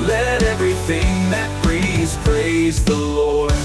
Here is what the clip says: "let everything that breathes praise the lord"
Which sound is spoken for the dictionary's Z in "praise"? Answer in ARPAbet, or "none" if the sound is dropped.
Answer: Z